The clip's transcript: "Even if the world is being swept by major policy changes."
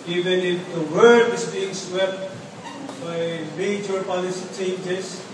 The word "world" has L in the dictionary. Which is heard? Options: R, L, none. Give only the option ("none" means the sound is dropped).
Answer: none